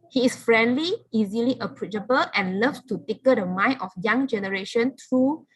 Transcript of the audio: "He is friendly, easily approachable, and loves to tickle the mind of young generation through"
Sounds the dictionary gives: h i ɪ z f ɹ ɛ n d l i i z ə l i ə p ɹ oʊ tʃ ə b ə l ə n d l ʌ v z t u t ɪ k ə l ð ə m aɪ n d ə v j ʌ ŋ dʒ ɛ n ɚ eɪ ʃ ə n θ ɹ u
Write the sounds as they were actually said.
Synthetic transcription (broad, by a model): h i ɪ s f ɹ ɛ n d l i i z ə l i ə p ɹ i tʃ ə b ə l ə n l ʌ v t u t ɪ k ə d ə m aɪ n ə f j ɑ ŋ dʒ ɛ n ɚ eɪ ʃ ə n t ɹ u